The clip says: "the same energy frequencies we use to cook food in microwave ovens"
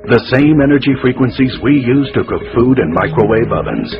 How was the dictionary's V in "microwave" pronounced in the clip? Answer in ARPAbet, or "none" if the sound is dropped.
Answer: B